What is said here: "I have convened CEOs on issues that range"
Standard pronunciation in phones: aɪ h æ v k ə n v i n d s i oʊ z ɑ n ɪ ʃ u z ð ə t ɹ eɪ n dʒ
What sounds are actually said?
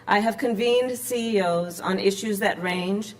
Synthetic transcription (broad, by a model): aɪ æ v k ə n v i n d s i oʊ z n ɪ ʃ u z ð ə t ɹ eɪ n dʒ